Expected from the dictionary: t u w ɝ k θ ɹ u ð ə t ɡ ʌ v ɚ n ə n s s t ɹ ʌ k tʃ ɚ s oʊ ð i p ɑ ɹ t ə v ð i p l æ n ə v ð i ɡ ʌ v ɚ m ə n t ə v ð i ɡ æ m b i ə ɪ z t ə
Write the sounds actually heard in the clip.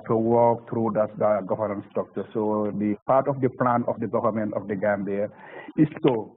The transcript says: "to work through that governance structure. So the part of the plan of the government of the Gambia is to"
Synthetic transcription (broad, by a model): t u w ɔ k t ɹ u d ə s ɡ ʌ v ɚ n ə n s s t ɔ k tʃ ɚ s oʊ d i p ɑ ɹ t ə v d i p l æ n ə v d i ɡ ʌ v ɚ m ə n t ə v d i ɡ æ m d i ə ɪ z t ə